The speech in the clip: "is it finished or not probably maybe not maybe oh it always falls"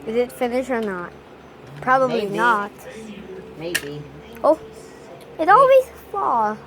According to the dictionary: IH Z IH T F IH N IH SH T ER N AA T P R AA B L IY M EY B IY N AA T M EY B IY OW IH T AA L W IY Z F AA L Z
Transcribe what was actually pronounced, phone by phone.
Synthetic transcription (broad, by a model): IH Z IH T F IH N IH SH ER N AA T P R AA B IY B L IY N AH T M EY B IY OW IH T AA L W IY Z F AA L